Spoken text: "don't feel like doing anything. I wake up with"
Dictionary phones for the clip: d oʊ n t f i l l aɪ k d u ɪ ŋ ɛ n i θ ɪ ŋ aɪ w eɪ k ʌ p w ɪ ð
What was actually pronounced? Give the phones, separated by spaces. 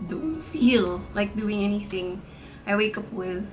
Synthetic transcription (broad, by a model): d oʊ n t f i l l aɪ k d u ɪ ŋ ɛ n i θ ɪ ŋ aɪ w eɪ k ʌ p w ɪ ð